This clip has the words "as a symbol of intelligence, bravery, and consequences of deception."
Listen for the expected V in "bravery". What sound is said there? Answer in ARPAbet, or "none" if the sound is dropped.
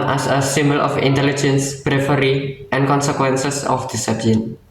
F